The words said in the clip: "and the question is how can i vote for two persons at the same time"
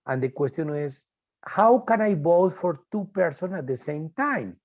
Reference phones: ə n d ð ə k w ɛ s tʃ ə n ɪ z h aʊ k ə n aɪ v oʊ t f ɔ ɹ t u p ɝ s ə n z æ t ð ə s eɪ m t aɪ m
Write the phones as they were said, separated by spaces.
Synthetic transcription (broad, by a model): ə n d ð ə k w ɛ s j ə n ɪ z h aʊ k ə n aɪ b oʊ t f ɔ ɹ t u p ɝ s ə n ɑ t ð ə s eɪ m t aɪ m